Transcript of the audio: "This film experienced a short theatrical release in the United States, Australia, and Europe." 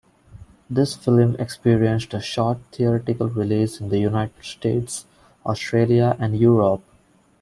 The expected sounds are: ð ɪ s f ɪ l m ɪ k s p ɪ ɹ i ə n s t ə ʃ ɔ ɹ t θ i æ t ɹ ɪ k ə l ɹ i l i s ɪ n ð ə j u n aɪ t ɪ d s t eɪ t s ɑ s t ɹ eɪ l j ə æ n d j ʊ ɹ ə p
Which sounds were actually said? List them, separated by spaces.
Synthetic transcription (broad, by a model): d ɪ s f ɪ l m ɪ k s p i ɹ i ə n s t ə ʃ ɔ ɹ t t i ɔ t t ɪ k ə l ɹ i l i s ɪ n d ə j u n aɪ t ɪ d s t eɪ t s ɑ s t ɹ eɪ l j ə æ n d j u ɹ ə p